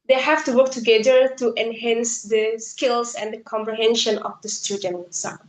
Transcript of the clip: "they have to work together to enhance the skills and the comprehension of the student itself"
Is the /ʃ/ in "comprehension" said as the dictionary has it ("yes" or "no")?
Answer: yes